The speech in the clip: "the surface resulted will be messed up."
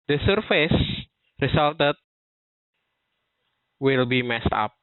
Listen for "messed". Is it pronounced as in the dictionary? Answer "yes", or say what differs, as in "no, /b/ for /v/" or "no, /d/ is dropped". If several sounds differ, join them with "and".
yes